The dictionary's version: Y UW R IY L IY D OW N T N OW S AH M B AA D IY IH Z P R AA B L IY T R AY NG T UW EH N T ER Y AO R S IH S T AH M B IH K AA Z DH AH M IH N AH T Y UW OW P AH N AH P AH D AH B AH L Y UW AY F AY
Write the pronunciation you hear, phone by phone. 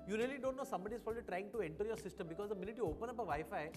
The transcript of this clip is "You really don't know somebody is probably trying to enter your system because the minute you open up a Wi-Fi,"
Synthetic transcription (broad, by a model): Y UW R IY L IY D OW N T N OW S AH M B AA D IY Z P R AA L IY T R AY NG T UW EH N T ER Y AO R S IH S T AH M B IH K AA Z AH M IH N AH T Y UW OW P AH N AH P AH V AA AH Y F AY